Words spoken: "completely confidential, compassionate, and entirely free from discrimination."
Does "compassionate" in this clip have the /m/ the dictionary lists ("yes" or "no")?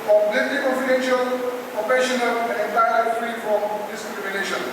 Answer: no